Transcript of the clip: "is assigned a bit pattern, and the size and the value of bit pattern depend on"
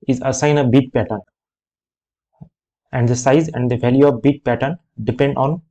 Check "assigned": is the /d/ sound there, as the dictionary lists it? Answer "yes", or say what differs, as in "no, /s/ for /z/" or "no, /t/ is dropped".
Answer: no, /d/ is dropped